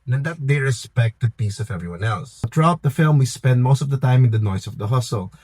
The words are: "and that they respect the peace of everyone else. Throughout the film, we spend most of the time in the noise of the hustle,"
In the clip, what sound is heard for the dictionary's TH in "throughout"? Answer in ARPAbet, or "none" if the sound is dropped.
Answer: T